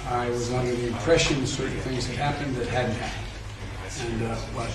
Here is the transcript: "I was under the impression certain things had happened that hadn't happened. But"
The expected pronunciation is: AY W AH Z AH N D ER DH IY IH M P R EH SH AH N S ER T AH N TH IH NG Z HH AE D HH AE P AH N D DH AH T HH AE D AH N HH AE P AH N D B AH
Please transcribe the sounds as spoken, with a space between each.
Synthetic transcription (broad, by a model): AY W AH Z AH N D ER DH IY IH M P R EH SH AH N S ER T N TH IH NG Z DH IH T HH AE P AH N DH AH T HH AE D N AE AH N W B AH